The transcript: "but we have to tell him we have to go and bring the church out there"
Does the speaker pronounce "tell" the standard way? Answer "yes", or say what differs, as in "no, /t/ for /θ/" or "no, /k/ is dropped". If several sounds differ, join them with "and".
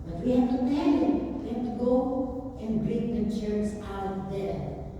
no, /n/ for /l/